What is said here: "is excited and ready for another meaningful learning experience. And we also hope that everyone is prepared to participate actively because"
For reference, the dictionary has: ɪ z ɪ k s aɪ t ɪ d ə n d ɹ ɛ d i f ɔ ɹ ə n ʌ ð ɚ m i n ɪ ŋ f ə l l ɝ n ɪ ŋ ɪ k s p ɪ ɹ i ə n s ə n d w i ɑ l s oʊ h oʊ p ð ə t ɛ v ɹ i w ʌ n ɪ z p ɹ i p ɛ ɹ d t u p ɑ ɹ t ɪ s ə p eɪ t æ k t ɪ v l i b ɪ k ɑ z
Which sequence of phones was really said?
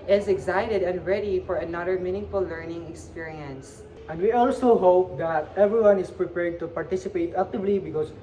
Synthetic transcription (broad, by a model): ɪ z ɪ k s aɪ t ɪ d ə n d ɹ ɛ d i f ɔ ɹ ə n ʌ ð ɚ m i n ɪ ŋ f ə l l ɝ n ɪ ŋ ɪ k s p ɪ ɹ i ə n s ə n d w i ɑ l s oʊ h oʊ p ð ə t ɛ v ɹ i w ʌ n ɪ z p ɹ i p ɛ ɹ d t u p ɑ ɹ t ɪ s ə p eɪ t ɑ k t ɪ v l i b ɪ k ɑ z